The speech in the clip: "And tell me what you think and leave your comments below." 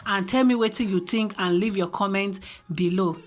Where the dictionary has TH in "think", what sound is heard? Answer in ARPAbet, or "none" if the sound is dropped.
T